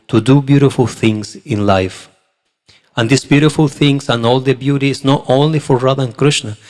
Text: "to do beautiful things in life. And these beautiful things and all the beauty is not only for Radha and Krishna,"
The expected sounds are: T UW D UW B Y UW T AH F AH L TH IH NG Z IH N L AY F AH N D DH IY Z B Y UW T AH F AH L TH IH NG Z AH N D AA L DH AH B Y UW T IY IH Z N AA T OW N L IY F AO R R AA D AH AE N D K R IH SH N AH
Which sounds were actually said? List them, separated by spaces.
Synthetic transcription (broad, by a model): T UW D UW B Y UW T AH F AH L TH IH NG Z IH N L AY F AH N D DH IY S B Y UW T AH F AH L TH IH NG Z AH N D AA L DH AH B Y UW T IY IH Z N AA T OW N L IY F AO R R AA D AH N K R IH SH N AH